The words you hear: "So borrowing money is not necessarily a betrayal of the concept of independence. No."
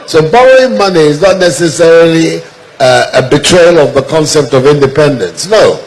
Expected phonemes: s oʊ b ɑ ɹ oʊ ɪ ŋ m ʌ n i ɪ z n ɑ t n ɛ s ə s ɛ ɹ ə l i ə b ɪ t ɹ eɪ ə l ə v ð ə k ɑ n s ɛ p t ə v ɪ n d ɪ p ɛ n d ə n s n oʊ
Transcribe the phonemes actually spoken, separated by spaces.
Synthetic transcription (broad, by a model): s oʊ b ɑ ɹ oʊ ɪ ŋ m ʌ n i ɪ z n ɑ t n ɛ s ə s ɛ ɹ ə l i ə b ɪ t ɹ eɪ ə l ə v ð ə k ɑ n s ɛ p t ə v ɪ n d ɪ p ɛ n d ə n s n oʊ